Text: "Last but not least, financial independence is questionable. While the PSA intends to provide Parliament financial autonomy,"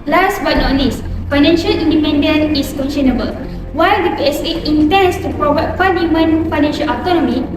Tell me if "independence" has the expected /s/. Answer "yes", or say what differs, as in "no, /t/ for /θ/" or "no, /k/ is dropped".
no, /s/ is dropped